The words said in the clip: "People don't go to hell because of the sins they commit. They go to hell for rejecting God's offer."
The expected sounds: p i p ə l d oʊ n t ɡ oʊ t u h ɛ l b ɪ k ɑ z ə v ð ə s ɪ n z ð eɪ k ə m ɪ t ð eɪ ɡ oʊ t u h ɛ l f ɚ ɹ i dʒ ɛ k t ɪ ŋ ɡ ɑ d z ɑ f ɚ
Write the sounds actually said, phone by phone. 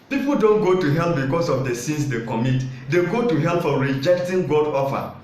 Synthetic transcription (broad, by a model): p i p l d oʊ n t ɡ oʊ t u h ɛ l b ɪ k ɑ s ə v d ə s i n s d eɪ k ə m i t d eɪ ɡ oʊ t u h ɛ l f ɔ ɹ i dʒ ɛ k t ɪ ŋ ɡ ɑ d ɑ f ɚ